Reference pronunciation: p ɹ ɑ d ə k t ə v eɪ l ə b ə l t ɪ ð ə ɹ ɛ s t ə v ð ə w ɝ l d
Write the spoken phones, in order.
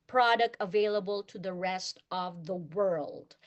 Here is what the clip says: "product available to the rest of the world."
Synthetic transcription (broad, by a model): p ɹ ɑ d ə k t ə v eɪ l ə b ə l t ɪ ð ə ɹ ɛ s t ə v ð ə w ɝ l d